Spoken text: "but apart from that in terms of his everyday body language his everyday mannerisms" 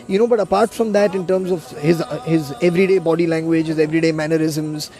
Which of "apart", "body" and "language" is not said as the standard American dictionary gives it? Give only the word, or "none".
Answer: none